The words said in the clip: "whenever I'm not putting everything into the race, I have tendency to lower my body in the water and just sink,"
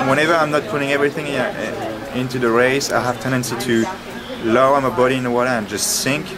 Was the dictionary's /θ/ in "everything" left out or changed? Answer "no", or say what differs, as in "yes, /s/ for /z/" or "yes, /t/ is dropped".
no